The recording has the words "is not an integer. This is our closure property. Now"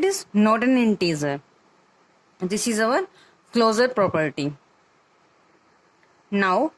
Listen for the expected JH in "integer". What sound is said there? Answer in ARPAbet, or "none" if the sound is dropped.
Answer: Z